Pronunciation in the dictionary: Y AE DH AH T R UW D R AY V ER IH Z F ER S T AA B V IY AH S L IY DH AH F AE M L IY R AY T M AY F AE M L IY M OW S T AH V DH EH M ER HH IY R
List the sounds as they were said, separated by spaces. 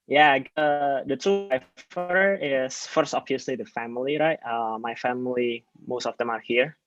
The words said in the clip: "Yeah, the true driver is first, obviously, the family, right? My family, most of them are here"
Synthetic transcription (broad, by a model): Y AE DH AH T UW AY F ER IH S F ER S T AA B V IY AH S L IY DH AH F AE M L IY R AY T M AY F AE M L IY M OW S T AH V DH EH M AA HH IY R